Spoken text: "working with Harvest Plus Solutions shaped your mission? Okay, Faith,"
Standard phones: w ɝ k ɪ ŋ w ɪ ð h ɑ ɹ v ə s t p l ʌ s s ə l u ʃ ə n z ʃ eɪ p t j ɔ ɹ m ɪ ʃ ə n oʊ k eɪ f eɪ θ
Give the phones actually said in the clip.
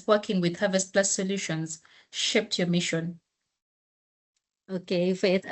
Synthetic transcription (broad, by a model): w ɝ k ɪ ŋ w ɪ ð h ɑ v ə s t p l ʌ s s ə l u ʃ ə n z ʃ eɪ p t j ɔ m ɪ ʃ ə n oʊ k eɪ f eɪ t